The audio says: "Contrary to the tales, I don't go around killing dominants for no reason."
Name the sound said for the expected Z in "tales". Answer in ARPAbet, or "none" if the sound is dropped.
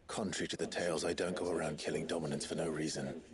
Z